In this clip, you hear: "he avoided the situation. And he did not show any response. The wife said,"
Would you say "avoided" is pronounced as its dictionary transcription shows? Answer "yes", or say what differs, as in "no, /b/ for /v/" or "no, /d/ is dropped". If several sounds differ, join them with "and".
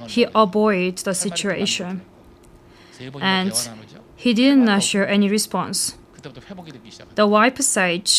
no, /b/ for /v/